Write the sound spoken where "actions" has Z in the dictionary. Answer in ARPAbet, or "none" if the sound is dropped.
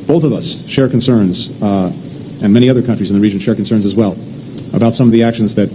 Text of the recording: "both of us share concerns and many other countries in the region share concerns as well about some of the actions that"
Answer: Z